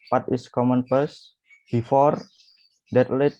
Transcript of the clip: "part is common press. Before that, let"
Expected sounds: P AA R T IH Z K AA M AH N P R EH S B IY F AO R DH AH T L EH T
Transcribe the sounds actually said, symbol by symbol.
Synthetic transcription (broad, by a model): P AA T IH S K AA M AH N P EH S B IY F AO R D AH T L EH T